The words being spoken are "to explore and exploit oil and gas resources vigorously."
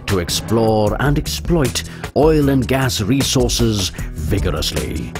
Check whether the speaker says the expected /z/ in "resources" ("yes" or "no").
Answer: yes